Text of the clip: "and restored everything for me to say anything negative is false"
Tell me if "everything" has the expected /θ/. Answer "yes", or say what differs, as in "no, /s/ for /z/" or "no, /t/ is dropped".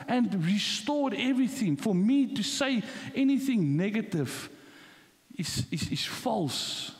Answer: yes